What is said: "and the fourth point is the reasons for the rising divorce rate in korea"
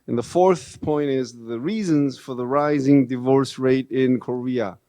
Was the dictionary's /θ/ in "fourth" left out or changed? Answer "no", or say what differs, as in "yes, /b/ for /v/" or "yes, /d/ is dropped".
no